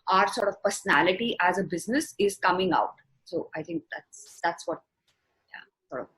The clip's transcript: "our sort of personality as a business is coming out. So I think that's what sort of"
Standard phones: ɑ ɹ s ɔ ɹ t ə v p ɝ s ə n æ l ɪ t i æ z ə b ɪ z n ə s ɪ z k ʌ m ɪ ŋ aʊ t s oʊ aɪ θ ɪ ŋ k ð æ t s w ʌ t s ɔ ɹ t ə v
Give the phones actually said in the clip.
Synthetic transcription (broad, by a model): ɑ ɹ s ɔ ɹ t ə v p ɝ s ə n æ l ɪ t i æ z ə b ɪ z n ə s ɪ z k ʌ m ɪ ŋ aʊ t s oʊ aɪ t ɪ ŋ k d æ t s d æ t s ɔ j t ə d